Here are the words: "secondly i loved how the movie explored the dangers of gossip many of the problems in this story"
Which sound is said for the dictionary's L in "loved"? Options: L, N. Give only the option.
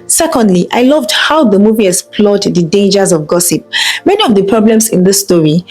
L